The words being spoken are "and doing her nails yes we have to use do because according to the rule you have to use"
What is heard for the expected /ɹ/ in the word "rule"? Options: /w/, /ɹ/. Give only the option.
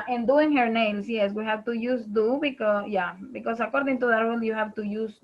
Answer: /w/